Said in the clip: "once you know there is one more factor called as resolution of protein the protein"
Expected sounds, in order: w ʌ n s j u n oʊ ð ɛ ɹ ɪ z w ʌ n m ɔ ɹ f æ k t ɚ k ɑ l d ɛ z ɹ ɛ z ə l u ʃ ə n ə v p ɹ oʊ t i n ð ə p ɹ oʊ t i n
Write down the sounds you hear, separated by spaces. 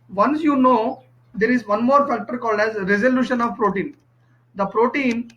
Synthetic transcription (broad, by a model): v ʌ n s j u n oʊ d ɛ ɹ ɪ z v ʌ n m ɔ ɹ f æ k t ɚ k ɑ l d ɛ z ɹ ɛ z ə l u ʃ ə n ə v p ɹ oʊ t i n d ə p ɹ oʊ t i n